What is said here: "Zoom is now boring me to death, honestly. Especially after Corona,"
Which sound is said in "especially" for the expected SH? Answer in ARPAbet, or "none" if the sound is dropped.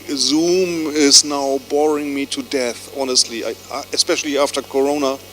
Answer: SH